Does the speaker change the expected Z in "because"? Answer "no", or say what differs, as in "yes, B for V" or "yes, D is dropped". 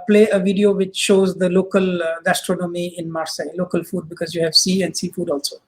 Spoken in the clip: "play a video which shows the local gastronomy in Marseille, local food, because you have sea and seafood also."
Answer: no